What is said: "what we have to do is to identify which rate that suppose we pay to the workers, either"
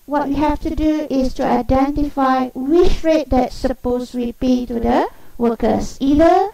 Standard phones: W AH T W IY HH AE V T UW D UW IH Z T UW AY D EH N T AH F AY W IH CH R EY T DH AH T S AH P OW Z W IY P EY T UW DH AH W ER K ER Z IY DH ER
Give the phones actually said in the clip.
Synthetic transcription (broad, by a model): W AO T W IY HH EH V T UW D UW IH S T UW AY D EH N T AH F AY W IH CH R EY T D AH T S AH P OW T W IY P EY T UW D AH W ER K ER S IY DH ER